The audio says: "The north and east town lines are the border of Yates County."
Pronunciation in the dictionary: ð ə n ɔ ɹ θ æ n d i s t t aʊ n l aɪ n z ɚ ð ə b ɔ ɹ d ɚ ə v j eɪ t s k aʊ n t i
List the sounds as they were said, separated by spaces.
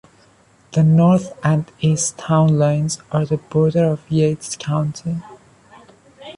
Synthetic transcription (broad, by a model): ð ə n ɔ ɹ θ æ n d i s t t aʊ n l aɪ n z ɚ ð ə b ɔ ɹ d ɚ ə v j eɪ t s k aʊ n t i